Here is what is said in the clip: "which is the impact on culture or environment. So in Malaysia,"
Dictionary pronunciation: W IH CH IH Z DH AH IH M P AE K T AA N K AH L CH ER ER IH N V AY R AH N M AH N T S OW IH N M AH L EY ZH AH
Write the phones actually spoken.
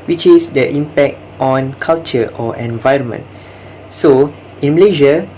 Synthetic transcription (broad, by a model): W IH CH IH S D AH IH M P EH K T AA N K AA L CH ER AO IH N V AY R AH N M AH N T S OW IH N M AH L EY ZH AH